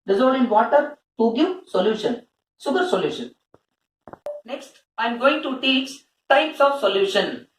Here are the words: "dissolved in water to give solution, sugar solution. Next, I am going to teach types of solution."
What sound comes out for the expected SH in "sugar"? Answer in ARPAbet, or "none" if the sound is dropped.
S